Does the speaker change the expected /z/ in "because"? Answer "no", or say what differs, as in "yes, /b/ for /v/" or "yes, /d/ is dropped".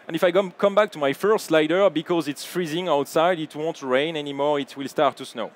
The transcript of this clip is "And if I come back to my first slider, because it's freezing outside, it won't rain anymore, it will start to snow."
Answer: no